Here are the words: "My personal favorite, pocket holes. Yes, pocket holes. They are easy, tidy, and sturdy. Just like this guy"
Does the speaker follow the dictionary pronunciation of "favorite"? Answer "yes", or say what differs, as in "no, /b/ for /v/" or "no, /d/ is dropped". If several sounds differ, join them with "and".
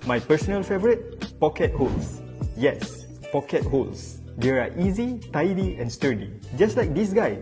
yes